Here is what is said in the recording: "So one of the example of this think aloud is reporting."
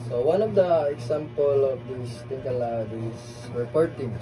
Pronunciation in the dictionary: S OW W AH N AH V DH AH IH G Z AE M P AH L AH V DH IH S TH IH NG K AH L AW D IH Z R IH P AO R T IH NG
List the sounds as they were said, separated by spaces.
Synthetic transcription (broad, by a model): S OW W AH N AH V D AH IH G S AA M P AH L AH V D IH S T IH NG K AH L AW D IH S R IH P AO R T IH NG